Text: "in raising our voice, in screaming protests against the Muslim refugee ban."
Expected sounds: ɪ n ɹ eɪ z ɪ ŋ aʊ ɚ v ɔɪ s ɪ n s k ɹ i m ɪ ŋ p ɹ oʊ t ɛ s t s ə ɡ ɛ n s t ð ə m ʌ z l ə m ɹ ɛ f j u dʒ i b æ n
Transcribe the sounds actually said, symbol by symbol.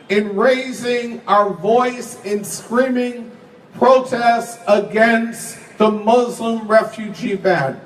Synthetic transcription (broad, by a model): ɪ n ɹ eɪ z ɪ ŋ aʊ ɚ v ɔɪ s ɪ n s k ɹ i m ɪ ŋ p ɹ oʊ t ɛ s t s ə ɡ ɛ n s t ð ə m ʌ z l ə m ɹ ɛ f j u dʒ i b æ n